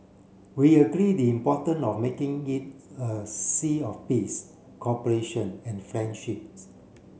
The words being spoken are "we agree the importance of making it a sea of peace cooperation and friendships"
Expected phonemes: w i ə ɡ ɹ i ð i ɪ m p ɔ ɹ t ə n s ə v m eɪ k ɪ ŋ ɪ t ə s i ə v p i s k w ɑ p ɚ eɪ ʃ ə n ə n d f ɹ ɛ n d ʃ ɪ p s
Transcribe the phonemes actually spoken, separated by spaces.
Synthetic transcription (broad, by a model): w i ə ɡ ɹ i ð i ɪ m p ɔ t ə n ə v m eɪ k ɪ ŋ ɪ t ə s i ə f p i s k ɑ p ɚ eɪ ʃ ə n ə n f ɹ ɛ n d ʃ ɪ p s